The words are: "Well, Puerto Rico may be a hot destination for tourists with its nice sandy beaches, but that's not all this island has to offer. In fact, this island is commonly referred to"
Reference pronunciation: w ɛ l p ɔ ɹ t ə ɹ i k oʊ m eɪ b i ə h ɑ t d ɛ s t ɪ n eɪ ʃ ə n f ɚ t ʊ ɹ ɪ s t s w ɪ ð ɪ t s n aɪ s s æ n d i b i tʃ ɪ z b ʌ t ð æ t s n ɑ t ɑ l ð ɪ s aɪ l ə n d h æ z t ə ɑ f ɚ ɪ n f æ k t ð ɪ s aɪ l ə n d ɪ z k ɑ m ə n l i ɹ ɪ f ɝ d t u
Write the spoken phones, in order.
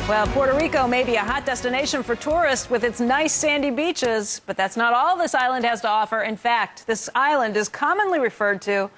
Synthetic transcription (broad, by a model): w ɛ l p ɔ ɹ t ə ɹ i k oʊ m eɪ b i ə h ɑ t d ɛ s t ɪ n eɪ ʃ ə n f ɚ t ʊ ɹ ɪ s t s w ɪ ð ɪ t s n aɪ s s æ n d i b i tʃ ɪ z b ʌ t ð æ t s n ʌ t ɑ l ð ɪ s aɪ l ə n d h æ z t ə ɑ f ɚ ɪ n f æ k t ð ɪ s aɪ l ə n d ɪ z k ɑ m ə n l i ɹ ɪ f ɝ d t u